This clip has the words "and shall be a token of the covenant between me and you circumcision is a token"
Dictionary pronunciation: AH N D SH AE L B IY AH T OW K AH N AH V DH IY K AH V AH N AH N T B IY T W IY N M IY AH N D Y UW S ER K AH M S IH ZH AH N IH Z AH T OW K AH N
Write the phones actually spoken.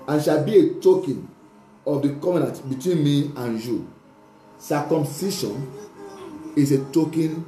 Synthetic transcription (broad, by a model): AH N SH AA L B IY AH T OW K AH N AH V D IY K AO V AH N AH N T B IY T W IY N M IY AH N Y UW S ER K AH M S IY SH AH N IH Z AH T OW K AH N